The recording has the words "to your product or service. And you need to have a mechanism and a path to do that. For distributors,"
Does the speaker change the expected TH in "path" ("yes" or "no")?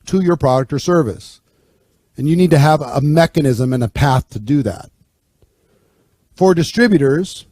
no